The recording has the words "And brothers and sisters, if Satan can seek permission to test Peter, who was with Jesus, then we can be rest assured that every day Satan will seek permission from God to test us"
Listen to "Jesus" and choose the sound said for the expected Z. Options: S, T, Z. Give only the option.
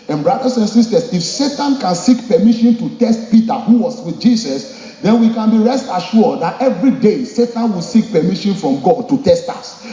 S